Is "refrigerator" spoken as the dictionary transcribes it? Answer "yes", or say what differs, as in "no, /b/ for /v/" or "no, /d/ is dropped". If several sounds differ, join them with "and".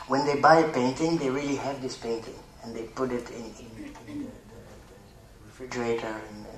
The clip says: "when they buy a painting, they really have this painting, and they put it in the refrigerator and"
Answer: yes